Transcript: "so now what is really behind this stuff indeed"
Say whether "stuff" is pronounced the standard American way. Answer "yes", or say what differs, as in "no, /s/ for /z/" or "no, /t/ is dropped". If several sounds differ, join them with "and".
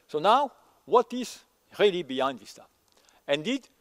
no, /f/ is dropped